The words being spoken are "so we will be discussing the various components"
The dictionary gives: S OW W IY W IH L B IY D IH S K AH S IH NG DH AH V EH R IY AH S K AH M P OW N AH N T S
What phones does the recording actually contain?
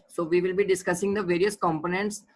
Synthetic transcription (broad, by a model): S OW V IY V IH L B IY D IH S K AH S IH NG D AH V EH R IY AH S K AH M P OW N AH N T S